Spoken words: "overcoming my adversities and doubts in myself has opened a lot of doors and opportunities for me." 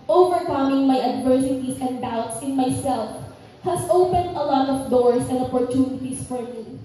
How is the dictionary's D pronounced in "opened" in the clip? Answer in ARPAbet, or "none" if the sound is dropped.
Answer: D